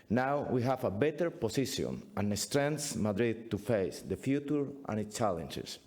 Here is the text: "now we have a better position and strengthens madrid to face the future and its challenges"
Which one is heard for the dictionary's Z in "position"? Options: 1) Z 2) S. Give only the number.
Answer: 2